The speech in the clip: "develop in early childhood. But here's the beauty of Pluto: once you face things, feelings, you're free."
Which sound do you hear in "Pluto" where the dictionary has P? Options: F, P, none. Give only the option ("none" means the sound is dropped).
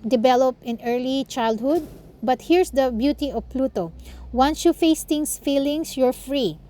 P